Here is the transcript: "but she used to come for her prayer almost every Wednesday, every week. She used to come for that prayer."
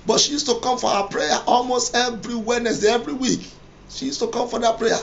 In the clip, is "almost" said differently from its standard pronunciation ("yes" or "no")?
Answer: no